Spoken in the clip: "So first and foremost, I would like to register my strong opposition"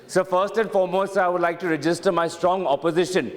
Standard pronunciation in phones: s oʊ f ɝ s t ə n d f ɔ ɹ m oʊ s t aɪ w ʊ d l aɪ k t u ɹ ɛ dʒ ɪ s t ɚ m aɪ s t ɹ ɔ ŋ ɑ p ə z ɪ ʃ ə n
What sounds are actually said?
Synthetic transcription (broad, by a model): s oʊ f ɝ s t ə n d f ɔ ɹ m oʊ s aɪ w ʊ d l aɪ k t u ɹ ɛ dʒ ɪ s t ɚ m aɪ s t ɹ ɔ ŋ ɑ p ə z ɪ ʃ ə n